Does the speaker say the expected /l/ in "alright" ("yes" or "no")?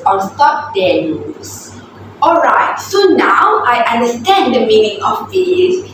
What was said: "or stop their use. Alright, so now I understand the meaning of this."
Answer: yes